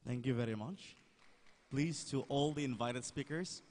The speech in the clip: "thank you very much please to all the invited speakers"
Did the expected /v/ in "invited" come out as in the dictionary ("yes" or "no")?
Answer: yes